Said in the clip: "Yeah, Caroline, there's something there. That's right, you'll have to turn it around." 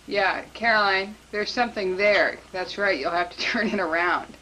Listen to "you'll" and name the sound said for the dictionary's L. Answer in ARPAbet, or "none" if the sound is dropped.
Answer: L